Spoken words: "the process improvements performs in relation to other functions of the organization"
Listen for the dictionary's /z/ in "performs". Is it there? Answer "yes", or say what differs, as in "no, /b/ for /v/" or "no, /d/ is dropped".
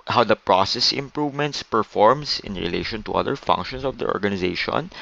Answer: no, /s/ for /z/